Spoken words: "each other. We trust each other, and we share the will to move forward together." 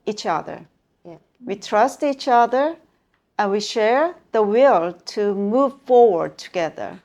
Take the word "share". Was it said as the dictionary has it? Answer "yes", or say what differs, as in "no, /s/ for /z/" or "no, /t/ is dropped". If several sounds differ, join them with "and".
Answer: yes